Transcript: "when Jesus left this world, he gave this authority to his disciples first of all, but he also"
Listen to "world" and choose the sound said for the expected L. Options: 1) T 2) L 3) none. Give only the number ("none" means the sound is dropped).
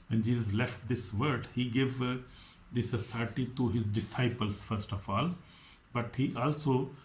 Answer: 3